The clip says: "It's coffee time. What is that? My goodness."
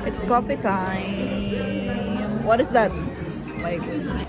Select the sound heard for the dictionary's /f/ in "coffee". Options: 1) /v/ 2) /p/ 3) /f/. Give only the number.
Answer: 2